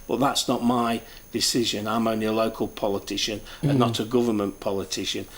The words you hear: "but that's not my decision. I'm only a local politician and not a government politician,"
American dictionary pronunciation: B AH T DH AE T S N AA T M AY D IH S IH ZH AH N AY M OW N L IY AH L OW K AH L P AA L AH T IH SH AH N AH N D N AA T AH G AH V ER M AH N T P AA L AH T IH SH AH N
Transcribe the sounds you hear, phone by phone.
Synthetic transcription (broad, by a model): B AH T DH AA T S N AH T M AY D IH S IH ZH AH N AY M OW N L IY AH L OW K AH L P AA L AH T IH SH AH N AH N N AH T AH G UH V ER M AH N P AA L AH T IH SH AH N